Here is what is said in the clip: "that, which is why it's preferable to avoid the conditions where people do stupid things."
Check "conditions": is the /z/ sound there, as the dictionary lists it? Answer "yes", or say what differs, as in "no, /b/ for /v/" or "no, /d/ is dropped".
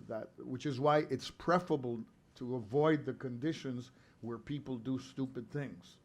yes